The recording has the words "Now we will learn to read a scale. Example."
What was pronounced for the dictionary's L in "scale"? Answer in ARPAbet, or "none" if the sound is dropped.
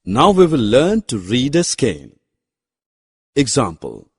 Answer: N